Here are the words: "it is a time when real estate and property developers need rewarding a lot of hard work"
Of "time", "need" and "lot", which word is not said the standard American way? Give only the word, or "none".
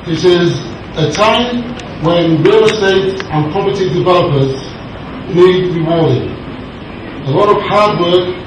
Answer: need